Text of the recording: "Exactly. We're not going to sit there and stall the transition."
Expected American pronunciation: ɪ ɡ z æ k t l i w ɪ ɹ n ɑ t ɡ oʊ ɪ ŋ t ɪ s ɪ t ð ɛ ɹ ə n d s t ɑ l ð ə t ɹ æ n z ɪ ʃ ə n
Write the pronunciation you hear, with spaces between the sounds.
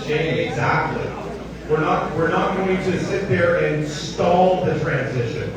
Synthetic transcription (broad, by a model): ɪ ɡ z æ k t l i w ɪ ɹ n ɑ t ɡ oʊ ɪ ŋ t ɪ s ɪ t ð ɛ ɹ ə n s t ɑ l ð ə t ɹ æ n z ɪ ʃ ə n